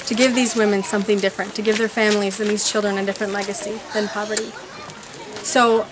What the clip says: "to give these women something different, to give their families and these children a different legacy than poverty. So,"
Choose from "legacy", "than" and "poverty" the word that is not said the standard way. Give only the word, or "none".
none